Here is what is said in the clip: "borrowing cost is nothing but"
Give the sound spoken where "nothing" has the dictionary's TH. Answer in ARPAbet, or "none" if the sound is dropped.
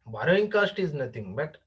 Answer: T